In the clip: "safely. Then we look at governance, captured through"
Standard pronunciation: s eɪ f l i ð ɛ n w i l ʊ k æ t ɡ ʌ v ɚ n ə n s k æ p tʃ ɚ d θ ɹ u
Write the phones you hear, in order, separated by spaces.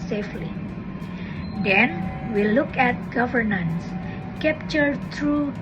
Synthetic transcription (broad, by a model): s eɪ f l i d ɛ n w i l ʊ k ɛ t ɡ ʌ v ɚ n ə n s k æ p tʃ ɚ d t ɹ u